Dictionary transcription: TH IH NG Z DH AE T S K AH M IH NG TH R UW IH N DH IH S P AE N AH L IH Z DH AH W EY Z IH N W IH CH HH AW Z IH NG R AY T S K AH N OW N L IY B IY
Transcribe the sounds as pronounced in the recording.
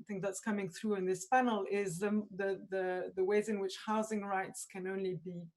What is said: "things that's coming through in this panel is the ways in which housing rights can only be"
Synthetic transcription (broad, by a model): TH IH NG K DH AE T S K AH M IH NG TH R UW IH N DH IH S P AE N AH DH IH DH DH AH W EY Z IH N W IH CH HH AW Z IH NG R AY T S K AH N OW N L IY B IY